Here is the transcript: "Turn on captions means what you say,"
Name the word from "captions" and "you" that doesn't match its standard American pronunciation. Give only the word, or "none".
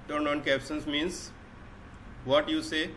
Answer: captions